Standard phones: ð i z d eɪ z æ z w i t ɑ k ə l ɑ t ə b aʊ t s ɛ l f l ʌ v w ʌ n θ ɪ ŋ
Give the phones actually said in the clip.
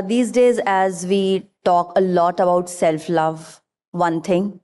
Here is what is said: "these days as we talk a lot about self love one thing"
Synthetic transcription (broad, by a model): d i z d eɪ z æ z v i t ɑ k ə l ɑ t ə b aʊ t s ɛ l f l ʌ v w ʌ n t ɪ ŋ